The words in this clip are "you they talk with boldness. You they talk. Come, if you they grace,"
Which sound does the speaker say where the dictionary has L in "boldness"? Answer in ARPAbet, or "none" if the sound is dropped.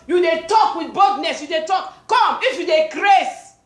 none